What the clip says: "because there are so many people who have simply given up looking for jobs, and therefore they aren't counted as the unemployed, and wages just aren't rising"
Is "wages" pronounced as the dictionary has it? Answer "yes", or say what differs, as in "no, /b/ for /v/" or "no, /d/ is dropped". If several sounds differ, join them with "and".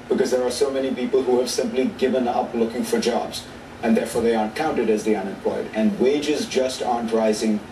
yes